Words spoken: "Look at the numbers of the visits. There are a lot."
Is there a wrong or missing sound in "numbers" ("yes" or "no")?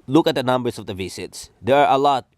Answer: yes